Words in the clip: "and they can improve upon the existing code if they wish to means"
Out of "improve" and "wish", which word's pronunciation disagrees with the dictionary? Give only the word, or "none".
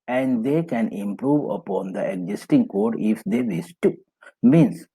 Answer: wish